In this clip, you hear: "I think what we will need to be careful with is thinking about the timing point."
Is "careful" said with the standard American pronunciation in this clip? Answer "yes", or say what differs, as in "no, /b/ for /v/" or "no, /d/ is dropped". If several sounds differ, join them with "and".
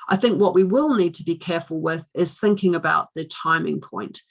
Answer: yes